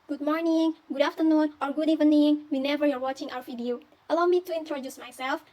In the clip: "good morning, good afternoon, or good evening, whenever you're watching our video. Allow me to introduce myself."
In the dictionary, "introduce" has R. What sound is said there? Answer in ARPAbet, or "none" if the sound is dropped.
R